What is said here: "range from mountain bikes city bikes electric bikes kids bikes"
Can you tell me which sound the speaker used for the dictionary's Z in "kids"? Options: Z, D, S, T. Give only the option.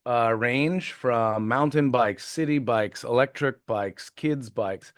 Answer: Z